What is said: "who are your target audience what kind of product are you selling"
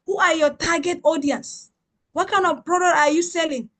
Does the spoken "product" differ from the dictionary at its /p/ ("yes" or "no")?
yes